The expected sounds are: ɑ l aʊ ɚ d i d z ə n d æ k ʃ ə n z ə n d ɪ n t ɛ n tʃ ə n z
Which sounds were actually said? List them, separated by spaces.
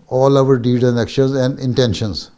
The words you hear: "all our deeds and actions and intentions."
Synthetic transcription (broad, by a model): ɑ l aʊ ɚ d i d ə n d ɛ k ʃ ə n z ə n d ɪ n t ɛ n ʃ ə n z